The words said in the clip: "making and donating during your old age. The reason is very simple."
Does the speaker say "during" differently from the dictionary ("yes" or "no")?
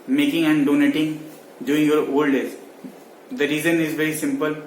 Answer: yes